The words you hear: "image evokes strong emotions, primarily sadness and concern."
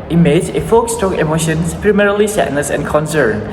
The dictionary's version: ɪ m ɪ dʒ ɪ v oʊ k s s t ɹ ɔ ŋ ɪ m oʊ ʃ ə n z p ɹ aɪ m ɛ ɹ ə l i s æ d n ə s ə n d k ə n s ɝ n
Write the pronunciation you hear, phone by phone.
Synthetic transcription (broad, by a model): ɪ m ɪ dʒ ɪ f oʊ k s s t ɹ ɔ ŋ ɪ m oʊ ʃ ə n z p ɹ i m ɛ ɹ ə l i s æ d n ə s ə n k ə n s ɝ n